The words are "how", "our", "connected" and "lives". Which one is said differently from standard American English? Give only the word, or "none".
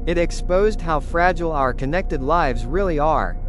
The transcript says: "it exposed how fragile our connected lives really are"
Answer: none